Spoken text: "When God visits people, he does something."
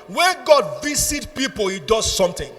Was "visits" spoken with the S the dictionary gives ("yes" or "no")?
no